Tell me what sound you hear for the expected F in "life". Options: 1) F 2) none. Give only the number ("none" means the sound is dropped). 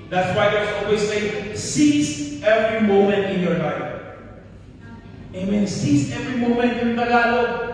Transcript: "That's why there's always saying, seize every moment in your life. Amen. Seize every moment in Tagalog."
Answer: 2